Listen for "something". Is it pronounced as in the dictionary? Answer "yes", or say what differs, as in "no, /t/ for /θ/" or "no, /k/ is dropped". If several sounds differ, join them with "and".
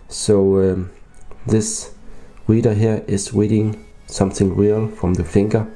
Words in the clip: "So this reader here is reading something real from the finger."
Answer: yes